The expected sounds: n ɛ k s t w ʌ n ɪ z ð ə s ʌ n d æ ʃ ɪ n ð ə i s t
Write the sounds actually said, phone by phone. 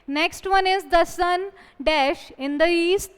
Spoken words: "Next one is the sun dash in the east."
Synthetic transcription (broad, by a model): n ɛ k s t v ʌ n ɪ z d ə s ʌ n d æ ʃ ɪ n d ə i s t